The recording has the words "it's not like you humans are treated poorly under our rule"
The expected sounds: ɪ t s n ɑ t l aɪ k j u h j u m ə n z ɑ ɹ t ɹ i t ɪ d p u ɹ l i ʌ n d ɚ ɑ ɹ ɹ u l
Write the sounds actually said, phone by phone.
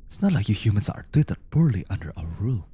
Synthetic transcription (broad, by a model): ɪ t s n ɑ t l aɪ k j u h j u m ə n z ɑ ɹ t i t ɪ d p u ɹ l i ʌ n d ɚ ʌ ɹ ɹ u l